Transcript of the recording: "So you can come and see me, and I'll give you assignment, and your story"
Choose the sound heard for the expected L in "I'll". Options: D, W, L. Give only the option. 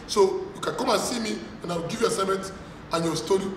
W